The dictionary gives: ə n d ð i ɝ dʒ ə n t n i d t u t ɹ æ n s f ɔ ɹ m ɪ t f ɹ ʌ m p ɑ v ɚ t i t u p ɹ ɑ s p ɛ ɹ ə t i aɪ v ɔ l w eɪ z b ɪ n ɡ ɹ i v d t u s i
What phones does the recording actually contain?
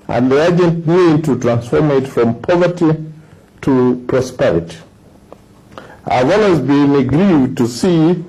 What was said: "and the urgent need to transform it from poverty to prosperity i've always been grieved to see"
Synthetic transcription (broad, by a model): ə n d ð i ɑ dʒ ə n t n i d t u t ɹ æ n s f ɔ ɹ m ɪ t f ɹ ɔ m p ɑ v ɚ t i t u p ɹ ɑ s p ɛ ɹ ə t i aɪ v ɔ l w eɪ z b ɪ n ɡ ɹ i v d t u s i